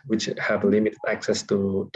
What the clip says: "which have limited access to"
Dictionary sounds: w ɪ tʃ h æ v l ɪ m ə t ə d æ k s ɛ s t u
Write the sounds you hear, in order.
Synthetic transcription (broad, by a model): w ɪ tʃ h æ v l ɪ m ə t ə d æ k s ɛ s t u